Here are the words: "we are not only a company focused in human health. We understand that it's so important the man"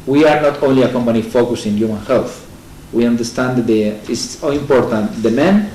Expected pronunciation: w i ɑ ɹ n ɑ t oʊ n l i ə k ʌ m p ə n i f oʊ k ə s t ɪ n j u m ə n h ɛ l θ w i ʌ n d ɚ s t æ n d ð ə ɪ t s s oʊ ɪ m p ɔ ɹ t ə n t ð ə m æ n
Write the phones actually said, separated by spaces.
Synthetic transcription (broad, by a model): w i ɑ ɹ n ɑ t oʊ n l i ə k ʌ m p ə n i f oʊ k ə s ɪ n j u m ə n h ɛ l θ w i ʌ n d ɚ s t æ n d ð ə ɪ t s s oʊ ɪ m p ɔ ɹ t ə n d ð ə m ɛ n